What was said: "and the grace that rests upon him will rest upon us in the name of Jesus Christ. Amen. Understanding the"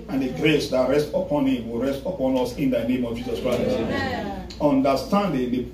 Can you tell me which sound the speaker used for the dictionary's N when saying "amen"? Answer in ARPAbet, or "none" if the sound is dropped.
none